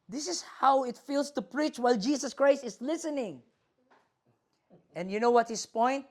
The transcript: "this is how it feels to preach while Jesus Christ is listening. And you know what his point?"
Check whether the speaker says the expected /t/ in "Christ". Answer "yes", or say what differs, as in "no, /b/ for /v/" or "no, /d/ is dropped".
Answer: yes